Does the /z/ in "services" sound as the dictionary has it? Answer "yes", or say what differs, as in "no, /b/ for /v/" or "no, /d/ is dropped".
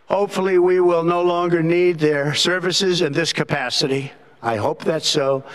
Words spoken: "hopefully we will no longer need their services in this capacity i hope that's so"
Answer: yes